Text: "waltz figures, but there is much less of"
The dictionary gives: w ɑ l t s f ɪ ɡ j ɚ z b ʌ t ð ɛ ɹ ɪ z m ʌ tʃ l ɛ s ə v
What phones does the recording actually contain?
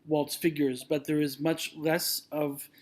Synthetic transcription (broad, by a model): w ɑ l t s f ɪ ɡ j ɚ z b ʌ t ð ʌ ɹ ɪ z m ʌ tʃ l ɛ s ə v